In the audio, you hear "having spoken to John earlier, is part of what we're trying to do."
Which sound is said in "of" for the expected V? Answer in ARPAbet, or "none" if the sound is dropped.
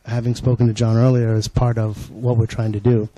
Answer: V